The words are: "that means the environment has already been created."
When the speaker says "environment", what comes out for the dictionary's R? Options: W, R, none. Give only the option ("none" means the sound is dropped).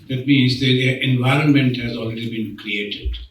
R